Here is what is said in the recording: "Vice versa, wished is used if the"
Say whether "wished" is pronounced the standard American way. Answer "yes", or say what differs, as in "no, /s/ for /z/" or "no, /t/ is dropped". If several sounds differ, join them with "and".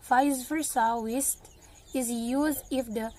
no, /s/ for /ʃ/